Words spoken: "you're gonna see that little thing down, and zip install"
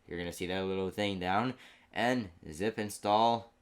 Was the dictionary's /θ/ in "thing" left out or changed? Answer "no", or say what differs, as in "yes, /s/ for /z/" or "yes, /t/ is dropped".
no